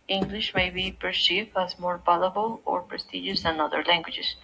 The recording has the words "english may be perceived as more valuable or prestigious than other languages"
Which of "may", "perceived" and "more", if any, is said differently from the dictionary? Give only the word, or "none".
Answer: perceived